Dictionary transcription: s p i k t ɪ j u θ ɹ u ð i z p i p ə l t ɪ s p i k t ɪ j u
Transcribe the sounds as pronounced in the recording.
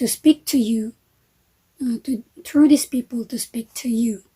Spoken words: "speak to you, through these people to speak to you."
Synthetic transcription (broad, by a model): s p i k t ɪ j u t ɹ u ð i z p i p ə l t ɪ s p i k t ɪ j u